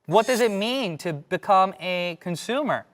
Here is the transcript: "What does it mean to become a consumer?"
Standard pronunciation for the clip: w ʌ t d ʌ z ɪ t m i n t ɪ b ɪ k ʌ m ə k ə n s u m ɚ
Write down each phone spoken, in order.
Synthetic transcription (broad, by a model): w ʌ t d ʌ z ɪ t m i n t ɪ b ɪ k ʌ m ə k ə n s u m ɚ